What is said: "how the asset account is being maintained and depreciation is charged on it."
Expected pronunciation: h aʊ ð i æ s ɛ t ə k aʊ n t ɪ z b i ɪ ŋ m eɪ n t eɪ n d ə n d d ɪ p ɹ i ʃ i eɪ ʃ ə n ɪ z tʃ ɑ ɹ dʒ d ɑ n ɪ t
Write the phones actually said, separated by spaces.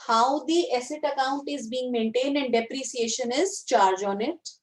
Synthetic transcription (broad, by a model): h aʊ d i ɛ s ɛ t ə k aʊ n t ɪ z b i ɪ ŋ m eɪ n t eɪ n d ə n d d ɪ p ɹ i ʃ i eɪ ʃ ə n ɪ z tʃ ɑ ɹ dʒ ɑ n ɪ t